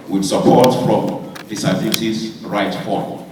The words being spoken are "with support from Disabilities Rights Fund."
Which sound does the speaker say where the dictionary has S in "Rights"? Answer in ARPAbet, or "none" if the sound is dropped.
none